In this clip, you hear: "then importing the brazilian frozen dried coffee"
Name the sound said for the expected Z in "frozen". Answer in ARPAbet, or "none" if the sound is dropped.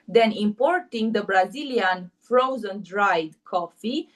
Z